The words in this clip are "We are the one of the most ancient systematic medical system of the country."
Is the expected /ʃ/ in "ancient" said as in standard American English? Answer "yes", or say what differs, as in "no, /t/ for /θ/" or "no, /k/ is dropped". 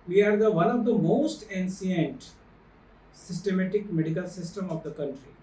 no, /s/ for /ʃ/